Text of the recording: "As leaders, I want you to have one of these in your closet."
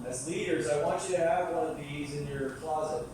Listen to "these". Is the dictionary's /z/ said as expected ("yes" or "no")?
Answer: yes